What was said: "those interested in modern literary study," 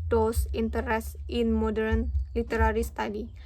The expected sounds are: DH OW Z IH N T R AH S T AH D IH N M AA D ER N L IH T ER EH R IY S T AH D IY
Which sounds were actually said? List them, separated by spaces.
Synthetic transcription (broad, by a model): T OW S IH N T AH T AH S IH N M AA D ER N L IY T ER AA R IY S T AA D IY